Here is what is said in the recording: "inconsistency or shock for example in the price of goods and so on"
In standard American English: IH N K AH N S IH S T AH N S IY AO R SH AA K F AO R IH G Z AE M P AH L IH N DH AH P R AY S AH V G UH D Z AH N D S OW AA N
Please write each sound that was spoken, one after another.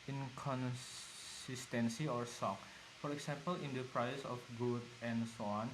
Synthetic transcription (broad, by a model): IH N K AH N S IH S T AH N S IY AO R S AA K F AO R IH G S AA M P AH L IH N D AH P R AY S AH F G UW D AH N S OW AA N